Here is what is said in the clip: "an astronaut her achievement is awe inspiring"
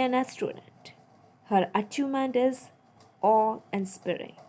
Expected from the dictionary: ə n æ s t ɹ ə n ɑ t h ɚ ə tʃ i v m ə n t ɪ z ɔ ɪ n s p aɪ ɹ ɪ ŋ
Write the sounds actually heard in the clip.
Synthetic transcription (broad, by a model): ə n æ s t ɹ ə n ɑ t h ɚ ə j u m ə n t ɪ z ɔ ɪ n s p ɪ ɹ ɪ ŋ